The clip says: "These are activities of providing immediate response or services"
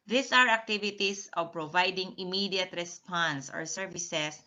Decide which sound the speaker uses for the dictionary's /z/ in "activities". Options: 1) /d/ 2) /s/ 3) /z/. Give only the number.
2